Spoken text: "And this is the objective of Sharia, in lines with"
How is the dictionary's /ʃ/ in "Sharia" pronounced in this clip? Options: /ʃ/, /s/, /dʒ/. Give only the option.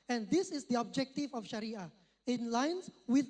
/ʃ/